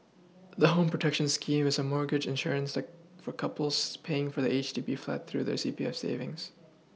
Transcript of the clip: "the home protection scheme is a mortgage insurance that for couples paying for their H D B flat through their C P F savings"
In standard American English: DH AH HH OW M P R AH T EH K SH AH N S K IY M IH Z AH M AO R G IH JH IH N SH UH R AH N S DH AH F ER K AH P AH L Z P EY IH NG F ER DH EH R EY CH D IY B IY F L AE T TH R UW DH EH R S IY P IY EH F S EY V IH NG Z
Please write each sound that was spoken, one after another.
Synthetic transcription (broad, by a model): DH AH HH OW M P R AH T EH K SH AH N S K IY M IH Z AH M AO R G IH JH IH N SH UH R AH N S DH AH F ER K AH P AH L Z P EY IH NG F ER DH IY EY CH D IY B IY F L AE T TH R UW DH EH R S IY P IY EH F S EY V IH NG Z